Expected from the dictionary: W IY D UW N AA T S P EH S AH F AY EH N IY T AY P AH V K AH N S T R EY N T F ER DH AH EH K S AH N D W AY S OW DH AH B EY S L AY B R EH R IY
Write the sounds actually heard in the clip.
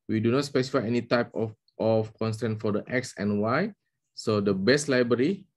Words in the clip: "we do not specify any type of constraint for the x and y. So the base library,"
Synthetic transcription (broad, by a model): W IY D UW N AA T S P EH S AH F AY EH N IY T AY P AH F K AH N S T EY N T F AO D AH EH K S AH N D W AY S OW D AH B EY S L AY B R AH R IY